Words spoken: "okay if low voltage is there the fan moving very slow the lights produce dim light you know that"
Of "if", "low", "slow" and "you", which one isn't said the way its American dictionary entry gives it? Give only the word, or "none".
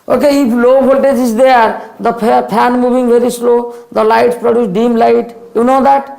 if